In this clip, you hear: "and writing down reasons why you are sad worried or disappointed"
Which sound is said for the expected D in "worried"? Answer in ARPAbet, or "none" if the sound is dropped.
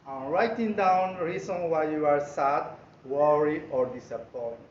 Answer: none